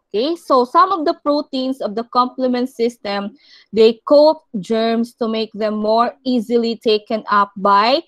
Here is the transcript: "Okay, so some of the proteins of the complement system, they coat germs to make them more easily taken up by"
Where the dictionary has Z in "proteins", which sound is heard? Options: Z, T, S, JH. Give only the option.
S